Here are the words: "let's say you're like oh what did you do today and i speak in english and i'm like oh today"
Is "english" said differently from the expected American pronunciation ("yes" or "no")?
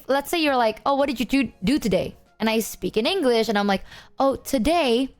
no